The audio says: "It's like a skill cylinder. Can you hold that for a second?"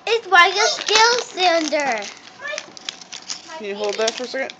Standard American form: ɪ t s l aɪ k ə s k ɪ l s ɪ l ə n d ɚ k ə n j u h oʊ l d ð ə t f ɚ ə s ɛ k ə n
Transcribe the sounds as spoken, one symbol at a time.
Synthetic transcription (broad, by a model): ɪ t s w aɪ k ə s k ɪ l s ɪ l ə n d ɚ k ə n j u h oʊ l d ð ə t f ɚ s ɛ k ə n